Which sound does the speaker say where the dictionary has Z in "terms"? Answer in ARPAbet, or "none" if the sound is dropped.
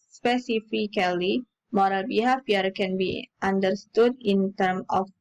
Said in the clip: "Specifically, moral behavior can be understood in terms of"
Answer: none